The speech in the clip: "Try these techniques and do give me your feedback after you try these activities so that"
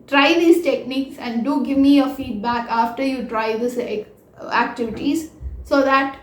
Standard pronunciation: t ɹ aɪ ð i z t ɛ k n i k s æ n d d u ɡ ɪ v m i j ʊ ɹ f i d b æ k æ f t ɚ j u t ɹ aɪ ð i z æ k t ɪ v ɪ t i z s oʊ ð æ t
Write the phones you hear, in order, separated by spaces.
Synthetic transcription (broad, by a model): t ɹ aɪ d i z t ɛ k n i k s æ n d d u ɡ ɪ v m i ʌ f i d b æ k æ f t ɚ j u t ɹ aɪ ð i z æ k t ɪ v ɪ t i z s oʊ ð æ t